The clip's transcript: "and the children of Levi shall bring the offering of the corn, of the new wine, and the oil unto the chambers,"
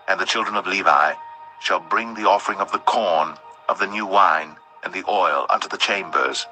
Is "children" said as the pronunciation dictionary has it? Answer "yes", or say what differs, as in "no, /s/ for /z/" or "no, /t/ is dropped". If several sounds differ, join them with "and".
yes